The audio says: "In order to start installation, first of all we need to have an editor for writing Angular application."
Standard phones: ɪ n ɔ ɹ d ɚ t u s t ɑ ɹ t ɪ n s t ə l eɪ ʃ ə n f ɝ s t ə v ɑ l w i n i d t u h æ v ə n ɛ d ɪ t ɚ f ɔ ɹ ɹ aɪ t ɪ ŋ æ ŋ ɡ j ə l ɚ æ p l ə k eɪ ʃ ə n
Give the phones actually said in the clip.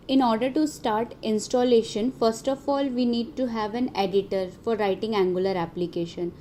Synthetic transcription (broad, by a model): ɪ n ɔ ɹ d ɚ t u s t ɑ ɹ t ɪ n s t ə l eɪ ʃ ə n f ɝ s t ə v ɑ l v i n i d t u h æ v ə n ɛ d ɪ t ɚ f ɔ ɹ ɹ aɪ t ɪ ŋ æ ŋ ɡ j ə l ɚ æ p l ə k eɪ ʃ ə n